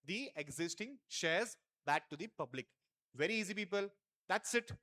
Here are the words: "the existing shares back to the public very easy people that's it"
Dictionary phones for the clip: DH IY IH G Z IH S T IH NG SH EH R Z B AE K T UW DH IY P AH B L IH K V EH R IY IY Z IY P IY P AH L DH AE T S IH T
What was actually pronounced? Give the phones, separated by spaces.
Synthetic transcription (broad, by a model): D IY IH G Z IH S T IH NG SH EH R Z B AE K T UW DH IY P AH B L IH K V EH R IY IY Z IY P IY P AH L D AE T S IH T